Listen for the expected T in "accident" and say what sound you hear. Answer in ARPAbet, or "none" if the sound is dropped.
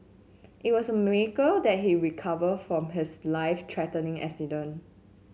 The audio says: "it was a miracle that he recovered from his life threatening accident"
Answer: none